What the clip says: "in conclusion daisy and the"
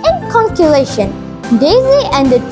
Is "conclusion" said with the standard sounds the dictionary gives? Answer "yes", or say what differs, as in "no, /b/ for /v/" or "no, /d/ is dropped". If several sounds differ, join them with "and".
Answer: no, /ʃ/ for /ʒ/